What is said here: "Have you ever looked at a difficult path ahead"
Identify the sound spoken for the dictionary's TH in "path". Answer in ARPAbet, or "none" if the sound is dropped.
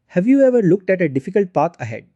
T